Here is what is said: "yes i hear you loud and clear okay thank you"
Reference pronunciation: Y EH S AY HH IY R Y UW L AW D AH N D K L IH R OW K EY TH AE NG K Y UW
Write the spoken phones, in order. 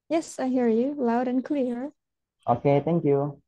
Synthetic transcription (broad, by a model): Y EH S AY HH IY R Y UW L AW D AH N K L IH R OW K EY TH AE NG K Y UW